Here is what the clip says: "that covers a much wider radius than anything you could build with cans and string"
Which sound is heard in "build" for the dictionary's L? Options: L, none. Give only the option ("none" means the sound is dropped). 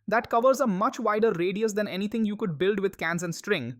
L